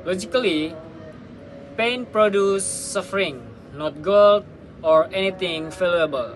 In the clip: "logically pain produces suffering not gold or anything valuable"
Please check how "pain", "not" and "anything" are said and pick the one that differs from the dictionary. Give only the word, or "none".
anything